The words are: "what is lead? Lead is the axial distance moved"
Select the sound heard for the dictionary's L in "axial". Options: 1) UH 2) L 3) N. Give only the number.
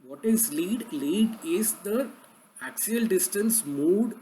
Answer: 2